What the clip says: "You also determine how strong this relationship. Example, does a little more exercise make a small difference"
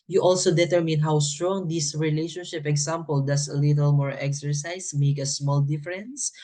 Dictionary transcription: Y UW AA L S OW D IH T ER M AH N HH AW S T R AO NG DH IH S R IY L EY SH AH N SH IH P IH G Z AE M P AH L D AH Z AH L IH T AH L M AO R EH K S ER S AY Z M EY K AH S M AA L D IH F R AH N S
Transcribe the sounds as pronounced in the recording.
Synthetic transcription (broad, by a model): Y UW AA L S OW D IH T ER M AH N HH AW S T R AO NG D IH S R IY L EY SH AH N SH IH P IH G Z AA M P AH L D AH S AH L IH T AH L M AO R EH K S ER S AY S M EY K AH S M AA L D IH F R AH N S